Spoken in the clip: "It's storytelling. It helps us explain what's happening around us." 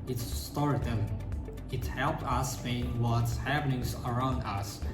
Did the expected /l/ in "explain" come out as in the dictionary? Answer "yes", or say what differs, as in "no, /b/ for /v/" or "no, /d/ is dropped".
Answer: no, /l/ is dropped